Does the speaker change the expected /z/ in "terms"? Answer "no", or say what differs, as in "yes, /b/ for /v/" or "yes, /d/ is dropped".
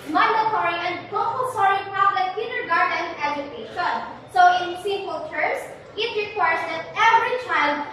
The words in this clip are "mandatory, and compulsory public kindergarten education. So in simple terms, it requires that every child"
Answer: yes, /s/ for /z/